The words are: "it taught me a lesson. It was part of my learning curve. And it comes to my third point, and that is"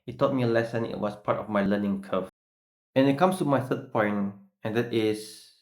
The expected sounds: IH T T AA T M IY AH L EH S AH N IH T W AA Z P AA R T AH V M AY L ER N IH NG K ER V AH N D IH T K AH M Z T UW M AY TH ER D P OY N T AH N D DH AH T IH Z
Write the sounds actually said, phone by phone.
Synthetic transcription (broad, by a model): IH T T AA T M IY AH L EH S AH N IH T W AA S P AA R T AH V M AY L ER N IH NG K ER F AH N IH T K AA M S T UW M AY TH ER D P OY N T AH N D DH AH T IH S